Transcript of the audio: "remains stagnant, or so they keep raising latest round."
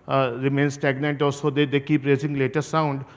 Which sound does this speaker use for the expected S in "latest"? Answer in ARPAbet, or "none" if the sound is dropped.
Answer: none